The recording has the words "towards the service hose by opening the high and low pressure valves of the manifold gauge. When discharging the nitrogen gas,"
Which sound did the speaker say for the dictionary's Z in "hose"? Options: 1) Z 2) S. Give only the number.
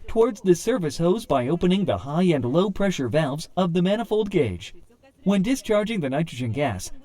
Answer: 1